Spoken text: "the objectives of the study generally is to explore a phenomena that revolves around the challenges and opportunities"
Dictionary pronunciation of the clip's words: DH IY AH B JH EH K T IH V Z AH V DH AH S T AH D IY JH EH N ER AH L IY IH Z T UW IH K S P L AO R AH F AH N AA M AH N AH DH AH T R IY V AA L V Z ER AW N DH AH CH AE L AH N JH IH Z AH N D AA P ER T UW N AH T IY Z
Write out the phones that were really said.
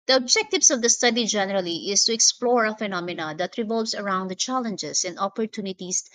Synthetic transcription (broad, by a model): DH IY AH B JH EH K T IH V S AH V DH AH S T AH D IY JH EH N ER AH L IY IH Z T UW IH K S P L AO R AH F AH N AA M AH N AH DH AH T R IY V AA L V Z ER AW N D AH CH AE L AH N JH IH S AH N D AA P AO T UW N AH T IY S